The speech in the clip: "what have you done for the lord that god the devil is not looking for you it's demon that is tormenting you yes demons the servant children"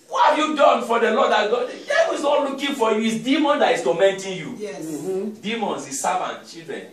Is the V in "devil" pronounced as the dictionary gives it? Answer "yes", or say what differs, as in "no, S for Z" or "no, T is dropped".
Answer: no, W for V